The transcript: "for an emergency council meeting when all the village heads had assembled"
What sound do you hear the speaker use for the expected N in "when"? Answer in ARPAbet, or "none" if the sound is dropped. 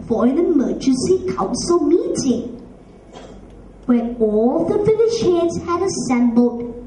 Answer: none